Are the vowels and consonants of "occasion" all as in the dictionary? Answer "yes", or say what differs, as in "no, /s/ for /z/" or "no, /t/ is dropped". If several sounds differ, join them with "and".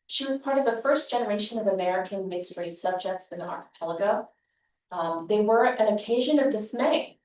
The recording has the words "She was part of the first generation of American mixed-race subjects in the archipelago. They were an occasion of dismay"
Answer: yes